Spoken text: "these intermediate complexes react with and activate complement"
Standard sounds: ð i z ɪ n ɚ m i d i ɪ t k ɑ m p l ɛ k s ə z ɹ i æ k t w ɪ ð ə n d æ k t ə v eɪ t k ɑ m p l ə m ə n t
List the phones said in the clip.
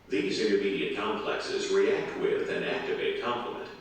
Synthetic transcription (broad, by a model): ð i z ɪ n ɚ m i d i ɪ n k ɑ m p l ɛ k s ə z ɹ i æ k t w ɪ ð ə n æ k t ə v eɪ t k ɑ m p l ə m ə n t